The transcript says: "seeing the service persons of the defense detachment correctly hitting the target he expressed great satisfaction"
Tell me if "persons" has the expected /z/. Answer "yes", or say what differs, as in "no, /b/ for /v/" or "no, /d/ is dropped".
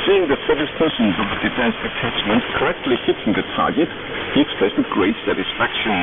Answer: yes